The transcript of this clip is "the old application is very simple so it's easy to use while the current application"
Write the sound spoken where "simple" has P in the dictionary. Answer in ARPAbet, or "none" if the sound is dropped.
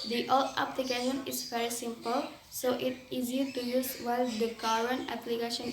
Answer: P